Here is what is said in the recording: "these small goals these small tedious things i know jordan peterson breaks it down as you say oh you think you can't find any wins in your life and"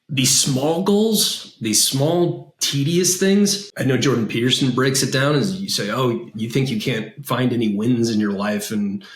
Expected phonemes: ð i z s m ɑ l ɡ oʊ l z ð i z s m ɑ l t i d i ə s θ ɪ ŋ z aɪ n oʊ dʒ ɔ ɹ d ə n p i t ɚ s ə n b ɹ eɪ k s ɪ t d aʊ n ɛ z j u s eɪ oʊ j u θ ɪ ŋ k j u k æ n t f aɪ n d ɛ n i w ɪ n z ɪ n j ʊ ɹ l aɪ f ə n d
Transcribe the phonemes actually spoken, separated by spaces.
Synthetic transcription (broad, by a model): ð i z s m ɑ l ɡ oʊ l z ð i z s m ɑ l t i d i ə s θ ɪ ŋ z aɪ n oʊ dʒ ɔ ɹ d n p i t ɚ s n b ɹ eɪ k s ɪ t d aʊ n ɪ z j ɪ s eɪ oʊ j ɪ θ ɪ ŋ k j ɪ k æ n t f aɪ n d ɛ n i w ɪ n z ɪ n j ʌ ɹ l aɪ f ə n